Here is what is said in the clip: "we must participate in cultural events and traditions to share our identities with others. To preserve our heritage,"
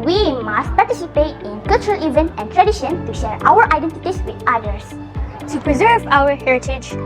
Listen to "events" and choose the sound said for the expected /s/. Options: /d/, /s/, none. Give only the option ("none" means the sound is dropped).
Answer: none